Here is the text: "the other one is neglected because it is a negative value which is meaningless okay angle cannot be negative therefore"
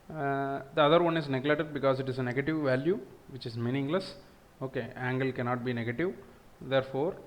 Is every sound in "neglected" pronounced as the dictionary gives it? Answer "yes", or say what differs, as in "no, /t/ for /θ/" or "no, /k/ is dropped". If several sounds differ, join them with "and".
no, /k/ is dropped